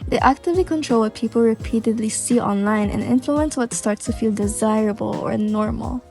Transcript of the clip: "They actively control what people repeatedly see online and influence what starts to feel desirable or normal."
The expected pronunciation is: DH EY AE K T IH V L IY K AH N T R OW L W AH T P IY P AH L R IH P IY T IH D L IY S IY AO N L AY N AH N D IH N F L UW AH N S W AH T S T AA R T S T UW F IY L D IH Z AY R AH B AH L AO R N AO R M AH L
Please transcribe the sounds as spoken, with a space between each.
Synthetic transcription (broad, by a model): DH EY AE K T IH V L IY K AH N T R OW L W AH T P IY P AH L R IH P IY T IH D L IY S IY AO N L AY N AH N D IH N F L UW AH N S W AH T S T AA R T S T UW F IY L D IH Z AY R AH B AH L AO R N AO R M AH L